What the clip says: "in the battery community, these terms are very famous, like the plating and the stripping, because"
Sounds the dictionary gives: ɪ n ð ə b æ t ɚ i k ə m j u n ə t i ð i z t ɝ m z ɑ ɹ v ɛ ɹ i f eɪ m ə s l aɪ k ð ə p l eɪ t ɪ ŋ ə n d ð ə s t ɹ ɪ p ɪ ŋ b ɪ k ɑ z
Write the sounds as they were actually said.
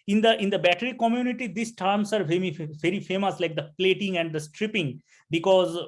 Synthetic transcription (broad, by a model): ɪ n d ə b æ t ɚ i k ə m j u n ə t i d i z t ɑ m s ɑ ɹ v ɛ ɹ i f eɪ m ə s l aɪ k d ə p l eɪ t ɪ ŋ ə n d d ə s t ɹ ɪ p ɪ ŋ b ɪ k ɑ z